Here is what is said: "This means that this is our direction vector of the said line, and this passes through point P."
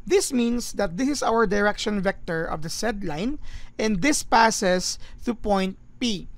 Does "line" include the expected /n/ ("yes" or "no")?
yes